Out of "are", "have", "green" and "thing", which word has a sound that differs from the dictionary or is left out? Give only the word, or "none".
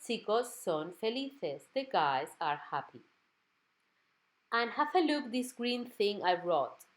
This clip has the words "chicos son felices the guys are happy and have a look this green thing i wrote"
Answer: have